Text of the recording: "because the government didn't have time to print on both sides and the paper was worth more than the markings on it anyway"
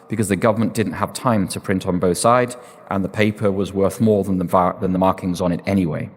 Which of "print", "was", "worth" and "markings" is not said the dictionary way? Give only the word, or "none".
none